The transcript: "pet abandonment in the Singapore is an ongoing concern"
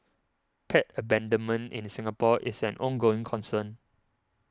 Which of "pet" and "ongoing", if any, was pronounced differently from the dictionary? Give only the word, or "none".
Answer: none